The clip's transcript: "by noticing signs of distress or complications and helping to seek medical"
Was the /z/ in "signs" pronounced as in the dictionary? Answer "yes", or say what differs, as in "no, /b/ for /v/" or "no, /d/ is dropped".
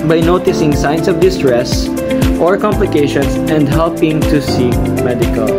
no, /s/ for /z/